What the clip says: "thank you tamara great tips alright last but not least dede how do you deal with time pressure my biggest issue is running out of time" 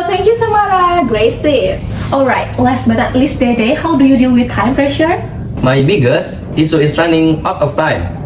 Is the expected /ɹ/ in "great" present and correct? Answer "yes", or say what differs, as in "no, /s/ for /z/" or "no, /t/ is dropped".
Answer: yes